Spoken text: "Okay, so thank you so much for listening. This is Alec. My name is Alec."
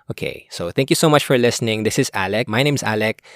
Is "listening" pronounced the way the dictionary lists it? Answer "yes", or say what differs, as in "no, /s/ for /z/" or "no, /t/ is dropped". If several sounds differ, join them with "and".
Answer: yes